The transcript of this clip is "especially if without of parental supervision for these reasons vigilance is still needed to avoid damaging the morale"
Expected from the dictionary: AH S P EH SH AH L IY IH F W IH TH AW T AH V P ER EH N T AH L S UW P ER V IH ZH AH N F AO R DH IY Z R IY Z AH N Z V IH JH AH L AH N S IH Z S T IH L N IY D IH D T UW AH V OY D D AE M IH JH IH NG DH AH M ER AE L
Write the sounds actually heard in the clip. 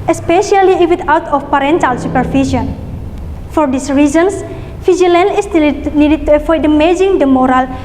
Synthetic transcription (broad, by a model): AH S P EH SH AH L IY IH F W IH T AW T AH F P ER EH N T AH L S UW P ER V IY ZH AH N F AO R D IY S R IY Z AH N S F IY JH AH L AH N IH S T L N IY D IH D T UW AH F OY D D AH M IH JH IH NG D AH M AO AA L